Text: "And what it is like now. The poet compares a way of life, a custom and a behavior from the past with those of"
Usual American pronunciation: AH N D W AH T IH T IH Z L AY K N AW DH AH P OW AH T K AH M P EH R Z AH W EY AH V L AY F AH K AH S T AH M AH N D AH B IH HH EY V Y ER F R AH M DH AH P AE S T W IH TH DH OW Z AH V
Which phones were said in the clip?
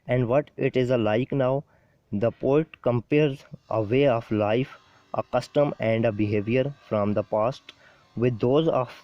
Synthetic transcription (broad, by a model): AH N D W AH T IH T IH Z L AY K N AW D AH P OW AH T K AH M P EH R Z AH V EY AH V L AY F AH K AH S T AH M AH N D AH B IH HH EY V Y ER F R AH M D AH P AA S T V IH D OW Z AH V